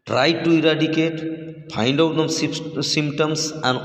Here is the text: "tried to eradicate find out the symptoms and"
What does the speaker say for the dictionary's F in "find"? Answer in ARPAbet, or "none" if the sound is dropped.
P